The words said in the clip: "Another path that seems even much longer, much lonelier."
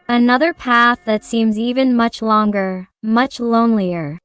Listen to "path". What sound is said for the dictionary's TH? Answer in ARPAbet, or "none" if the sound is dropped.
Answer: TH